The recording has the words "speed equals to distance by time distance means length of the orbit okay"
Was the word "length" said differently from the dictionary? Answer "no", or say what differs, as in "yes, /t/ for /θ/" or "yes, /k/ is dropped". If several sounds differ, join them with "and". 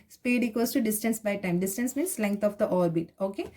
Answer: yes, /t/ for /θ/